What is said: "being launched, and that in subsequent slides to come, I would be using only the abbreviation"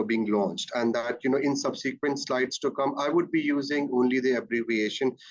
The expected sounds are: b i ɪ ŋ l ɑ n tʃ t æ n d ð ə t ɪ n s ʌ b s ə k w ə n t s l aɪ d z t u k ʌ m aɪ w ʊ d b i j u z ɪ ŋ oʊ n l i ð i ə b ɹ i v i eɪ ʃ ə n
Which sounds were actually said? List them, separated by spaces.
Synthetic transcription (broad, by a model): b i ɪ ŋ l ɑ n tʃ t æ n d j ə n ɪ n s ʌ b s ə k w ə n t s l aɪ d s t u k ʌ m aɪ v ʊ d b i j u z ɪ ŋ oʊ n l i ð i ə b ɹ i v i eɪ ʃ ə n